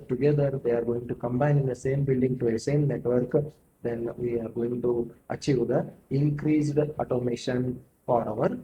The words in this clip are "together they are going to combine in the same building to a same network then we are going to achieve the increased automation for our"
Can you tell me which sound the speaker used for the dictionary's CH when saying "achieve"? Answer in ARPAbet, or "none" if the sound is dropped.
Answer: CH